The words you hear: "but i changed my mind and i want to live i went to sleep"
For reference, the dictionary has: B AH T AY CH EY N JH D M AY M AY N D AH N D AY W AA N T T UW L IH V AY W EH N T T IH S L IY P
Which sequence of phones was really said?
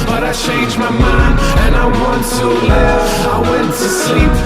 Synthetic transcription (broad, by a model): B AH T AY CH EY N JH M AY M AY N AH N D AY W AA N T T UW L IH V AY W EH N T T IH S L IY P